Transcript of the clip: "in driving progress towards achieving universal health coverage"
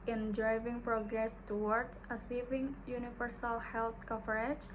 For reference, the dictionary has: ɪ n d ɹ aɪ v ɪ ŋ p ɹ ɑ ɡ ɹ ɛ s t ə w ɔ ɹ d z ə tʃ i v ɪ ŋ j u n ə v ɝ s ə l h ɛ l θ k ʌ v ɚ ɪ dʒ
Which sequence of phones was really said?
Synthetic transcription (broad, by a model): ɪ n d ɹ aɪ v ɪ ŋ p ɹ ɑ ɡ ɹ ɛ s t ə w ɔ ɹ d s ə s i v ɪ ŋ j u n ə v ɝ s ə l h ɛ l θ k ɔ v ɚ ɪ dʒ